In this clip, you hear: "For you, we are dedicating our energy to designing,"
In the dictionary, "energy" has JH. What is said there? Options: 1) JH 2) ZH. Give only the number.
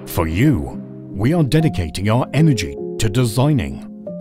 1